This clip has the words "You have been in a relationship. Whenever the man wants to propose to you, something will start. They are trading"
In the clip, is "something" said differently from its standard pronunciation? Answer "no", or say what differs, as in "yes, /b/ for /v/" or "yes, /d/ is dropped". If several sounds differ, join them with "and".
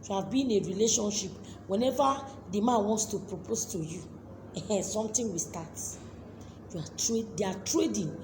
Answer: yes, /t/ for /θ/